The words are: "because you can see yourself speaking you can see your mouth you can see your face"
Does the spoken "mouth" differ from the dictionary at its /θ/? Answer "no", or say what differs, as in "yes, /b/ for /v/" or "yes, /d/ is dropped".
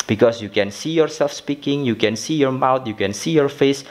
yes, /t/ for /θ/